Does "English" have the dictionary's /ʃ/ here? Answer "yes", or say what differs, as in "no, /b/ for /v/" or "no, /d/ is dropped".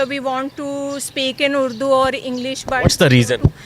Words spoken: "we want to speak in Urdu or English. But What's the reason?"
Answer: yes